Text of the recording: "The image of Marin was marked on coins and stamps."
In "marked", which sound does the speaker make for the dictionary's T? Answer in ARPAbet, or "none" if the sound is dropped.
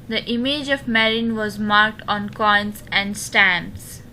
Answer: T